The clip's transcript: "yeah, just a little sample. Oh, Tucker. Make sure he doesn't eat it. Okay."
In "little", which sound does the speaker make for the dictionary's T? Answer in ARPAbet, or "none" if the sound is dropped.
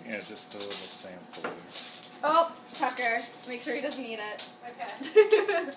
S